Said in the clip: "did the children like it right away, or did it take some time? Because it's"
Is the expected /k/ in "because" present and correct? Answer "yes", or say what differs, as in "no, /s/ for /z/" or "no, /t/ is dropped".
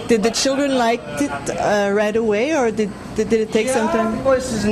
no, /k/ is dropped